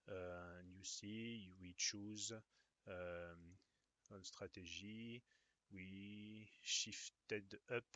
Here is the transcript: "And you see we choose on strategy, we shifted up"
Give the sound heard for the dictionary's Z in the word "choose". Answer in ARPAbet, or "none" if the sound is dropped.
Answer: Z